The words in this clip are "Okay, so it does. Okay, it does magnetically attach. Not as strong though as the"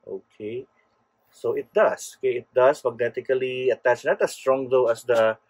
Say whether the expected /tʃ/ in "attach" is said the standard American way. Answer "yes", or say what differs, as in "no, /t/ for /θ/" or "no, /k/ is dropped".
yes